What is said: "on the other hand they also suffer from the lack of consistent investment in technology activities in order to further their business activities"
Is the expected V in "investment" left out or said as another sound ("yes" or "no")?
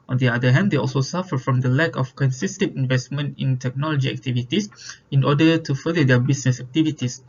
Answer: no